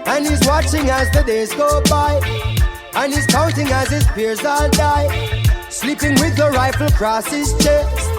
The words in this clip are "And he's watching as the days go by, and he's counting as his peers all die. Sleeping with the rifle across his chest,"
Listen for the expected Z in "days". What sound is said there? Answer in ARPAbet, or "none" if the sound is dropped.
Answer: Z